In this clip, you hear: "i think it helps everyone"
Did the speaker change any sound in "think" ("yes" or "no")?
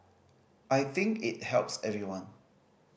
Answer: no